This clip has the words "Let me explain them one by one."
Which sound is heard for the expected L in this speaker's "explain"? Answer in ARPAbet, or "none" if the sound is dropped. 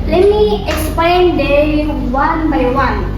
none